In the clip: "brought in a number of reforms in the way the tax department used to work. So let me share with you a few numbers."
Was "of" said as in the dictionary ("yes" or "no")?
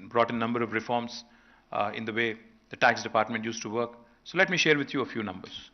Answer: yes